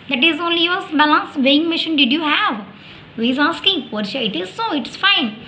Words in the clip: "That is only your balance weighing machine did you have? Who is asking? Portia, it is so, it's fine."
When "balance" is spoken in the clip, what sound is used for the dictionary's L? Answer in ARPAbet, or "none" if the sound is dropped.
L